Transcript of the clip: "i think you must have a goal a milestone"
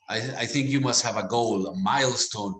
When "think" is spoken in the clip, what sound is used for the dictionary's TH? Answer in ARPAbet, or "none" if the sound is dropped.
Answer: TH